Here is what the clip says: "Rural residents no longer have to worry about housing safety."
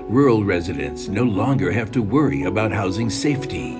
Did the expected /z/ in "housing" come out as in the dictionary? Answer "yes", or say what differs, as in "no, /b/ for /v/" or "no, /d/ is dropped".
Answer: yes